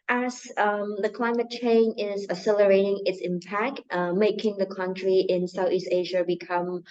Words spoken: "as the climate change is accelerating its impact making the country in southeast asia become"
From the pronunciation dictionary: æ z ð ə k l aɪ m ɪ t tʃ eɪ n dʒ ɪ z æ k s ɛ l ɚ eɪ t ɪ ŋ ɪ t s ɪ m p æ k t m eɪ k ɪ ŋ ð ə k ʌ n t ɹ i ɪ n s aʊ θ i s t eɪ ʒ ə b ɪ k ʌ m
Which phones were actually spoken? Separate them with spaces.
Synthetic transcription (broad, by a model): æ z ð ə k l aɪ m ɪ t tʃ eɪ n ɪ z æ s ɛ l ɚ eɪ t ɪ ŋ ɪ t s ɪ m p æ k t m eɪ k ɪ ŋ ð ə k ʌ n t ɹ i ɪ n s aʊ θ i s t eɪ ʒ ə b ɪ k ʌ m